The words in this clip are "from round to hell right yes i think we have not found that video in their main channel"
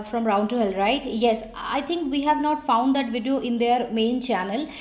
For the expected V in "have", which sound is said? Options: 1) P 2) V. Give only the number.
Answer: 2